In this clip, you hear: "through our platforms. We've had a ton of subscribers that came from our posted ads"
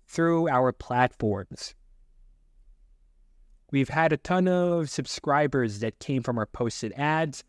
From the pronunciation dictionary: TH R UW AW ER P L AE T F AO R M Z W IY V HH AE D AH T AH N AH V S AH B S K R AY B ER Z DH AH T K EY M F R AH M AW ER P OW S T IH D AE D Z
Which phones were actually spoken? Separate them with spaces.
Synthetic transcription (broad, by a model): TH R UW AW ER P L AE T F AO R M Z W IY V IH D AH T AH N AH V S AH B S K R AY B ER Z DH AH T K EY M F R AH M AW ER P OW S T IH D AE D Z